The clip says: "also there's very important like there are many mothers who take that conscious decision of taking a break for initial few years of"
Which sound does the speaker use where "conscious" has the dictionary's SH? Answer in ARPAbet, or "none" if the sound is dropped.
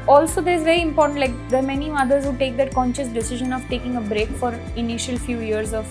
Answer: SH